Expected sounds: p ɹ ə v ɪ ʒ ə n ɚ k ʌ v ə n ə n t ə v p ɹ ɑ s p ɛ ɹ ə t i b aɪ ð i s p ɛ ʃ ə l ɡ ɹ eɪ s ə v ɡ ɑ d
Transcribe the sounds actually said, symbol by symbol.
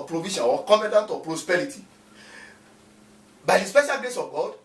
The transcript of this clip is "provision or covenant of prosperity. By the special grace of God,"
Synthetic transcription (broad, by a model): p ɹ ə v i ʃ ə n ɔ k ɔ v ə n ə n t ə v p ɹ ɑ s p ɛ ɹ ə t i b aɪ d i s p ɛ ʃ ə l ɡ l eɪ s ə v ɡ ɑ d